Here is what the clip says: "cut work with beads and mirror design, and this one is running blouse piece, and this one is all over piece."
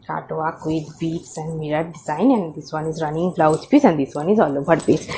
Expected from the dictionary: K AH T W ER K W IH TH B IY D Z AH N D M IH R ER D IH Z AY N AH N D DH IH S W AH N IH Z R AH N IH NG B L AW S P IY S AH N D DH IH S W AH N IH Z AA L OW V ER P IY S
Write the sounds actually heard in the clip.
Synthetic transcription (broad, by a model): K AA T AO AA K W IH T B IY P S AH N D M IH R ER D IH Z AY N AH N D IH S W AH N IH Z R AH N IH NG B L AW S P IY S AH N D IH S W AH N IH Z AA L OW B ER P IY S